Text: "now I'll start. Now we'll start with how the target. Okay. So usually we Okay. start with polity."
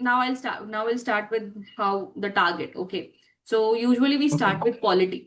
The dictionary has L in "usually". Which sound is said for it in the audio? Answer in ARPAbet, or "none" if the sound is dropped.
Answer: none